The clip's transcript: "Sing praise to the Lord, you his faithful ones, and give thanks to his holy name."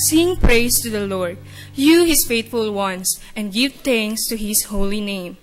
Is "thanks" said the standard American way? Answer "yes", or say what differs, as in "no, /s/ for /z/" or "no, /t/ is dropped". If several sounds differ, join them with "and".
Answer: no, /t/ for /θ/